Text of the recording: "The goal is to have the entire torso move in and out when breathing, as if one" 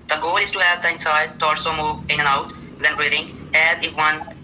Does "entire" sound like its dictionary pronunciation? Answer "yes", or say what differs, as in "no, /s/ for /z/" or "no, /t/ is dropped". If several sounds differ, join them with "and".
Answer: no, /s/ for /t/